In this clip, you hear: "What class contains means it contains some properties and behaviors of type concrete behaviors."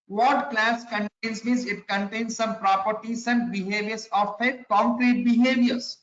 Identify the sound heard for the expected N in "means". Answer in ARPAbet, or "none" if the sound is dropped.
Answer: none